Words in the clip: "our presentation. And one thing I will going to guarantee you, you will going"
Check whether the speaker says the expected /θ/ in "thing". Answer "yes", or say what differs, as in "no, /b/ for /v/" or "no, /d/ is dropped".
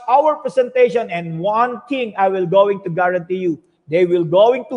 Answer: no, /t/ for /θ/